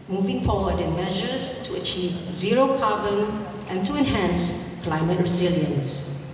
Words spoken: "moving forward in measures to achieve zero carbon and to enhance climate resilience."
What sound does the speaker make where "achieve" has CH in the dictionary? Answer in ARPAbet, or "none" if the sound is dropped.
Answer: CH